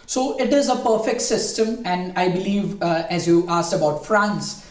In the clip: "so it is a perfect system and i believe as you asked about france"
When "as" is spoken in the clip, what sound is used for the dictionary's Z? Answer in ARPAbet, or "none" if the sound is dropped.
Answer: Z